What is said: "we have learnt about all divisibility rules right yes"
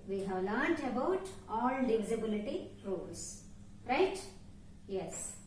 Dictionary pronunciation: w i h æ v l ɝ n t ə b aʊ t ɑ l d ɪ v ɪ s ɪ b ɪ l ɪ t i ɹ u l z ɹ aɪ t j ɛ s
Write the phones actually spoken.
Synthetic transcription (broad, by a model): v i h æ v l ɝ n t ə b aʊ t ɑ l d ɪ v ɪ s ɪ b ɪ l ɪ t i ɹ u l s ɹ aɪ t j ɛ s